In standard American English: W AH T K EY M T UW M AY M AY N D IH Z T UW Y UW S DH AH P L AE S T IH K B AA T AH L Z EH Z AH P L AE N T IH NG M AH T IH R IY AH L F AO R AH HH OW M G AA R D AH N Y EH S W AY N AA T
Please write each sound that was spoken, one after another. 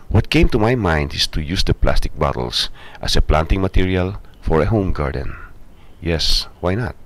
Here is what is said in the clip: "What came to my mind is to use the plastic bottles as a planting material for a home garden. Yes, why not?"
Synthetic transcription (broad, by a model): W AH T K EY M T UW M AY M AY N D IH S T UW Y UW S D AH P L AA S T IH K B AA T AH L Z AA S AH P L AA N T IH NG M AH T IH R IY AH L F AO R AH HH OW M G AA R D AH N Y EH S W AY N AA T